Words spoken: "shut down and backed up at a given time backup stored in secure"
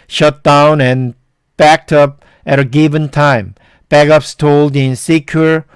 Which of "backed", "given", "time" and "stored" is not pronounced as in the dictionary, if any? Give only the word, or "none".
stored